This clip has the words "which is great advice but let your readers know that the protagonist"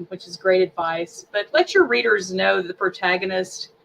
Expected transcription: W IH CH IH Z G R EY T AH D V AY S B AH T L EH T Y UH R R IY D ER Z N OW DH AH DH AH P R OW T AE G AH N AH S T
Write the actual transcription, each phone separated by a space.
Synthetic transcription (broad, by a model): W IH CH IH Z G R EY T AH D V AY S B AH T L EH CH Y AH R R IY D ER Z N OW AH DH AH P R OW T AE G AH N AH S T